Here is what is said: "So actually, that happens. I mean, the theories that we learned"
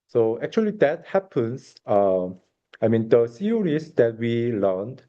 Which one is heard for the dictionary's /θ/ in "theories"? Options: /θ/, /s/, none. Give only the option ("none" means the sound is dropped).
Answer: /s/